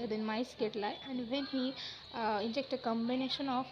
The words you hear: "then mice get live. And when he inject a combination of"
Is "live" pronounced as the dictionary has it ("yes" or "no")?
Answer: no